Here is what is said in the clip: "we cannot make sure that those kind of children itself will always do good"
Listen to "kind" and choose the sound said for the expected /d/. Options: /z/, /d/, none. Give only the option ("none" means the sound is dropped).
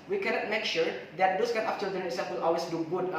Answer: none